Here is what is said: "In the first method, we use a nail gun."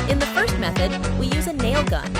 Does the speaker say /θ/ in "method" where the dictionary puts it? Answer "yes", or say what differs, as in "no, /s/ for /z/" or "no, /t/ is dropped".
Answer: yes